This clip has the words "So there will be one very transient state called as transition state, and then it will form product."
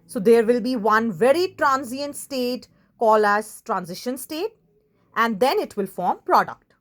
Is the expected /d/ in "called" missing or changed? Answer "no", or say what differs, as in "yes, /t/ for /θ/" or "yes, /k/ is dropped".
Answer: yes, /d/ is dropped